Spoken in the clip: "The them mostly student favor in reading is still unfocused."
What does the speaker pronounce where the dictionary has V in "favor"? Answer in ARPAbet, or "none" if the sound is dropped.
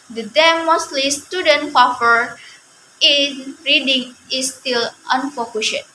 F